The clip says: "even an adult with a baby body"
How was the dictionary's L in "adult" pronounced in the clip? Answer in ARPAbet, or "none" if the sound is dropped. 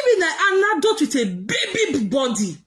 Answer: none